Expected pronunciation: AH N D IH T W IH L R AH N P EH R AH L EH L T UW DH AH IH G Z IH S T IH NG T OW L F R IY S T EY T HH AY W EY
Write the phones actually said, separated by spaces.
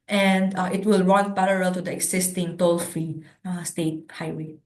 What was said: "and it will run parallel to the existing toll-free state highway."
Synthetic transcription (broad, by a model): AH N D IH T W IH L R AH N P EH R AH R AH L T UW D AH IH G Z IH S T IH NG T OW L F IY S T EY T HH AY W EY